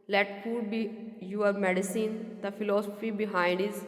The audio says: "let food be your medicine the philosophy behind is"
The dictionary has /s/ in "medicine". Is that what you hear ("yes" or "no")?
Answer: yes